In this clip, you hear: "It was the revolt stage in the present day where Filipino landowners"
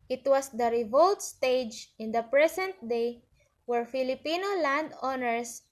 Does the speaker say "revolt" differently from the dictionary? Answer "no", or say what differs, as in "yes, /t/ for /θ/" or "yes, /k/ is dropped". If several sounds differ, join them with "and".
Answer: no